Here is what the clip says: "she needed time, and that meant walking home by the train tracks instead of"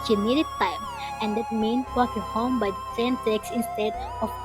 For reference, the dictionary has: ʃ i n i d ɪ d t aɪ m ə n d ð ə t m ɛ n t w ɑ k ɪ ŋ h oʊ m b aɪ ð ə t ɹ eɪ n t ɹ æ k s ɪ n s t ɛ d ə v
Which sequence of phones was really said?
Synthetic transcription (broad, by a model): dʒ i n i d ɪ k t aɪ m ə n d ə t m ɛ n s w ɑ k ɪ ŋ h oʊ m b aɪ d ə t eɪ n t ɛ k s ɪ n s t ɛ d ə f